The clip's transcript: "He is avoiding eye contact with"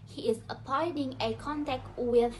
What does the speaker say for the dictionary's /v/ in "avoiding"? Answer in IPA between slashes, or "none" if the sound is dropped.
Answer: /p/